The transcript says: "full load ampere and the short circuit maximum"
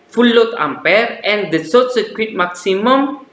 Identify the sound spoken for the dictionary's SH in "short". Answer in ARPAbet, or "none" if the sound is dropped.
S